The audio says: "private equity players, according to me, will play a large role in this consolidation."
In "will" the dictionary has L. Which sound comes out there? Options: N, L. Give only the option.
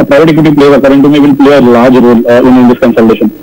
N